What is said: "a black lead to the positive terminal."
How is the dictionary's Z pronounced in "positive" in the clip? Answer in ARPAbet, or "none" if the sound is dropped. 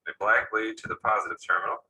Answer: Z